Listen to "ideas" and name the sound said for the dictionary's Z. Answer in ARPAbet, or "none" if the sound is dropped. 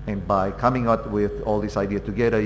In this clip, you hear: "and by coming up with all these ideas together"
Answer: none